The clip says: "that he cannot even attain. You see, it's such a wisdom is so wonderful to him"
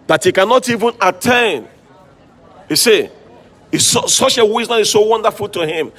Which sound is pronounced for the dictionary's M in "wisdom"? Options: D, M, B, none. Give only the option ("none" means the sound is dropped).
none